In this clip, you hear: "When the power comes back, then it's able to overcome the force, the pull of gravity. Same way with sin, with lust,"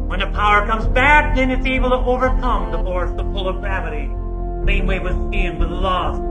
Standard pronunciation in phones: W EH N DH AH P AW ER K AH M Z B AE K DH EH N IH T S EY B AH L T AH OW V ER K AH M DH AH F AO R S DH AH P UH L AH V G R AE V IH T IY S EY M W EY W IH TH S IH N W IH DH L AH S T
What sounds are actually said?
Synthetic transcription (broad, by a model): W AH N DH AH P AW ER K AH M Z B AE K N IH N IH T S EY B L T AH OW V ER K AH M DH AH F AO R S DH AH F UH L AH V G R AE V IH T IY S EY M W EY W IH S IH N W IH DH L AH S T